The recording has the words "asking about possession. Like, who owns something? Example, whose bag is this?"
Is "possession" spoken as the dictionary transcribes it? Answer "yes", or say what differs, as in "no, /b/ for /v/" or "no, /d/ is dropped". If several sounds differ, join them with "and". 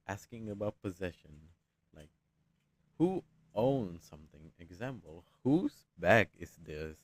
yes